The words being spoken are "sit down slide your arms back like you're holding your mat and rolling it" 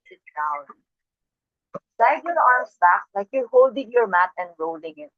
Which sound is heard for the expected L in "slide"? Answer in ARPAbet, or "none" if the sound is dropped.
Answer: none